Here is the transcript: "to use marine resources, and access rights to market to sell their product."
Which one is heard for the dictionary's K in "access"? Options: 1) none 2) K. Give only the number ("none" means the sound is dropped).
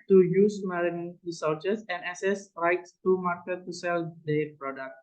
1